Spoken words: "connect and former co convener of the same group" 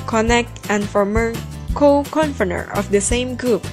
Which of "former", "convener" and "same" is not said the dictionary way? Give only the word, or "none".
convener